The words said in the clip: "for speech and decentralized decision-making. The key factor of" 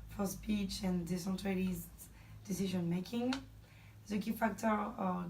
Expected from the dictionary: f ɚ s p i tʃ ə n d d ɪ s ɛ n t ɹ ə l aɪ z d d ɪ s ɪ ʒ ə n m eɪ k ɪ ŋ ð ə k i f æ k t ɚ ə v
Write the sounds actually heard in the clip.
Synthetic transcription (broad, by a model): f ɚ s p i tʃ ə n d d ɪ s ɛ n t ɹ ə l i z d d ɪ s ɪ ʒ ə n m eɪ k ɪ ŋ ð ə k i f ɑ k t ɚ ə